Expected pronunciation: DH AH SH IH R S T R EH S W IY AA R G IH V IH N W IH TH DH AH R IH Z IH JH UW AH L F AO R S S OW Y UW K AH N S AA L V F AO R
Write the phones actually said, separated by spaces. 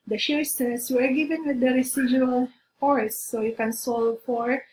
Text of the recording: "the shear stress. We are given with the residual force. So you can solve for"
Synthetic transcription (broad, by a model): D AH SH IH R S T EH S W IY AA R G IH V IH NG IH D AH R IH S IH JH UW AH L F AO R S S OW Y UW K AH N S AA L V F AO R